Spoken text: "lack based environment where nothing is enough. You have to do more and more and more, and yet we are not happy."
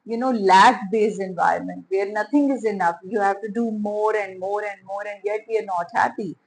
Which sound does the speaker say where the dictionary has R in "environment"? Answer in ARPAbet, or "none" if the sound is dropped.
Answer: R